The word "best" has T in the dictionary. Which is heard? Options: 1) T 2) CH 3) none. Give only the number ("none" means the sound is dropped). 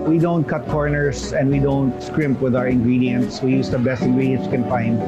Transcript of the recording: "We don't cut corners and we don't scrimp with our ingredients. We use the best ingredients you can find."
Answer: 1